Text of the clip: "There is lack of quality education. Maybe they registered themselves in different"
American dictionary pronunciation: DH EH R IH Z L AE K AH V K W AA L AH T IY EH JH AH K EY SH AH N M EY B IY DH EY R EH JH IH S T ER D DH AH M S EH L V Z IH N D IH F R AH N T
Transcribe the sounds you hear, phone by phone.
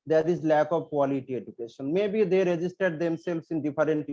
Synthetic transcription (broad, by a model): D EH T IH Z L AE K AH V K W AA L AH T IY EH JH AH K EY SH AH N M EY B IY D EY R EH JH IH S T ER D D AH M S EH L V S IH N D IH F R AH N T